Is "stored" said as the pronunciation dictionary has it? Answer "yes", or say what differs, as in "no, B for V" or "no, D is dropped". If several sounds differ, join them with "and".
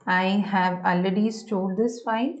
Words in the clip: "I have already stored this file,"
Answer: no, L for R